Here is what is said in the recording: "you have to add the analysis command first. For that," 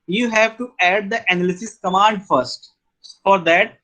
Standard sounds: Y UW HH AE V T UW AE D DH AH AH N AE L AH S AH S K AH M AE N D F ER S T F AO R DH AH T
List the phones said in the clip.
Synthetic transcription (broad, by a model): Y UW HH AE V T UW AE D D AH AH N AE L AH S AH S K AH M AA N D F ER S T F AO R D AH T